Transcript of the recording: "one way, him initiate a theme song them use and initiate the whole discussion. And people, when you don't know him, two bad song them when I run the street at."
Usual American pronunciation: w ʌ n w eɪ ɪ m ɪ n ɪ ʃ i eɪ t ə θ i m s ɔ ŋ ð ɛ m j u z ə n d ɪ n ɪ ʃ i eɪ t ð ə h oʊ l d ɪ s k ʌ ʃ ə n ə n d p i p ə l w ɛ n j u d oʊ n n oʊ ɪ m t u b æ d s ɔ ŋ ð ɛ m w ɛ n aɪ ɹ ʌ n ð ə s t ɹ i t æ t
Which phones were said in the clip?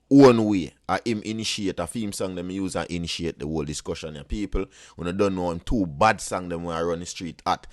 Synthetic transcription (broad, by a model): w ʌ n w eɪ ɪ m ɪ n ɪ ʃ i eɪ t ə f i m s ɔ ŋ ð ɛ m j u z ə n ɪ n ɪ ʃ i eɪ t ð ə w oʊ l d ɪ s k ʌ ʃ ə n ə p i p ə l w ɛ n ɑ d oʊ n n oʊ ɪ m t u b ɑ d s ɔ ŋ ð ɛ m w ɛ n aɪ ɹ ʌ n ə s t ɹ i t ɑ t